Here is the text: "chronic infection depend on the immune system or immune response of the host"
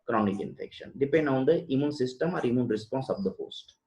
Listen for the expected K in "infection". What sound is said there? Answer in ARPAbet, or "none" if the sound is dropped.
K